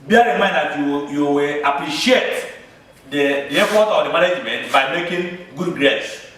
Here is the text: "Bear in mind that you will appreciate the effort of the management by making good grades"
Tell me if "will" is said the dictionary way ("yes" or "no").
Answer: no